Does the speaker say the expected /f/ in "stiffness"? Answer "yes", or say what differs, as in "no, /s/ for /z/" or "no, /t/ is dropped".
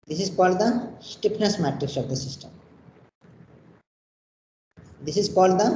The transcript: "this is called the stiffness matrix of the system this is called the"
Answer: no, /p/ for /f/